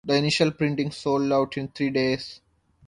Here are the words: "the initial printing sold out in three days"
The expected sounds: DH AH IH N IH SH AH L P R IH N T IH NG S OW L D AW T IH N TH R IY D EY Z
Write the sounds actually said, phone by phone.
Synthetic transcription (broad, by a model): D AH IH N IH SH AH L P R IH N T IH NG S OW L D AW T IH N T R IY D EY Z